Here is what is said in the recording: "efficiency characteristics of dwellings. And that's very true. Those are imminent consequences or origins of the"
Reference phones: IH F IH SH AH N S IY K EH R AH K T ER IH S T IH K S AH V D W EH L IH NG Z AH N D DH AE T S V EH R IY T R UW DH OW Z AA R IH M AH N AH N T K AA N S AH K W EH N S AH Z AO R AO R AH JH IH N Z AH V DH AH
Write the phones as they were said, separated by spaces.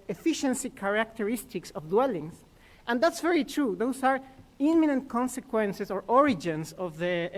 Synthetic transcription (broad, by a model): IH F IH SH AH N S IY K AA R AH K T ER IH S T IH K S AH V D W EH L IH NG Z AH N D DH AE T S V EH R IY T R UW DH OW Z AA R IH M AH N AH N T K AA N S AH K W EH N S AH S AO R AO R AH JH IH N S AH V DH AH